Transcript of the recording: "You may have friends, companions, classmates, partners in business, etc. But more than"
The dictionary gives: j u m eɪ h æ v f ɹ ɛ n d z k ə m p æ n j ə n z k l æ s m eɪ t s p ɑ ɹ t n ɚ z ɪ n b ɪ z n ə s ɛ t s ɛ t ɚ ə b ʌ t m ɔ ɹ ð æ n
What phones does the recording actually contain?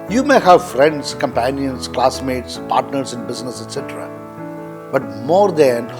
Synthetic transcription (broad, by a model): j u m eɪ h æ v f ɹ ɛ n d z k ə m p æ n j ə n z k l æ s m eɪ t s p ɑ ɹ t n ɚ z ɪ n b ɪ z n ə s ɛ t s ɛ t ɚ ə b ʌ t m ɔ ɹ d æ n